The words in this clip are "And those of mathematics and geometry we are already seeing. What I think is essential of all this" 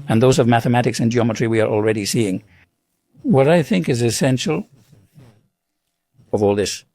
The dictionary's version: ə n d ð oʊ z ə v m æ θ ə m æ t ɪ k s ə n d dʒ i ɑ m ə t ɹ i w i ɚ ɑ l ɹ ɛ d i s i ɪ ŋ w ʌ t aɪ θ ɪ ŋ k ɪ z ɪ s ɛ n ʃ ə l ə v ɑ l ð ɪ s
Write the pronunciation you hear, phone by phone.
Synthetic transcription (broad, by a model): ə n ð oʊ z ə v m æ θ ə m æ t ɪ k s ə n dʒ i ɑ m ə t ɹ i w i ɚ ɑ l ɹ ɛ d i s i ɪ ŋ w ʌ t aɪ θ ɪ ŋ k ɪ z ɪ s ɛ n ʃ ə l ə v ɑ l ð ɪ s